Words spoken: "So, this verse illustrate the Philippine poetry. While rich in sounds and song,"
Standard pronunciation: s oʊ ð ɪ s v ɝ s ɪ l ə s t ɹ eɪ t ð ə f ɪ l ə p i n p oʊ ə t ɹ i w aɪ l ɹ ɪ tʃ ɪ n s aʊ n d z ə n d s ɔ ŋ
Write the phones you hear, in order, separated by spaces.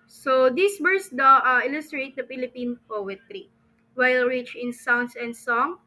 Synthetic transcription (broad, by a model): s oʊ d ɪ s w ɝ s ɪ l ə s t ɹ eɪ t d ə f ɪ l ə p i n p oʊ ə t ɹ i w aɪ l ɹ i tʃ ɪ n s aʊ n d s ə n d s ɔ ŋ